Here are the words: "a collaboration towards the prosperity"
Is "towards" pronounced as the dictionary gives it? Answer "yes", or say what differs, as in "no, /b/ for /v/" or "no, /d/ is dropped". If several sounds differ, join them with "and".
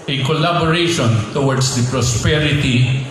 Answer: no, /w/ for /ɹ/